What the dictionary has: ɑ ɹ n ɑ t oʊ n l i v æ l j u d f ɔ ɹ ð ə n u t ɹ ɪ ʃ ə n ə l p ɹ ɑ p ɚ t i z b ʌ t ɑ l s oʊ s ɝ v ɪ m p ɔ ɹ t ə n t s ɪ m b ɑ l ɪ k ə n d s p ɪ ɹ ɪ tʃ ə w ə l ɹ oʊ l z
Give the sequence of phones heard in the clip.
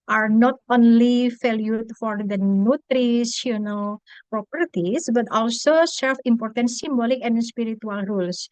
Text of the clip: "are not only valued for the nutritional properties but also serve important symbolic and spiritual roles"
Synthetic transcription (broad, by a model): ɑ ɹ n ɑ t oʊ n l i f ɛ l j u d f ɔ ɹ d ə n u t ɹ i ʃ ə n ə l p ɹ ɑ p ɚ t i s b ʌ t ɑ l s oʊ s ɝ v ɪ m p ɔ ɹ t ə n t s ɪ m b ɑ l ɪ k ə n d s p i ɹ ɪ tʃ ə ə l ɹ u l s